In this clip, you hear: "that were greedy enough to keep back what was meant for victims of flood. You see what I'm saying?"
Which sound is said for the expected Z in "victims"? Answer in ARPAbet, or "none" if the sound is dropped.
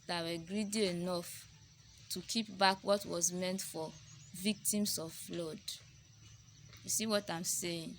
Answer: S